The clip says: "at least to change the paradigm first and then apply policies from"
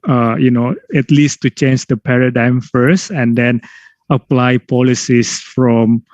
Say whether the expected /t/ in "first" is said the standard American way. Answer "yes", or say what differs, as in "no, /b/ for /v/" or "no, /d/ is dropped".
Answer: yes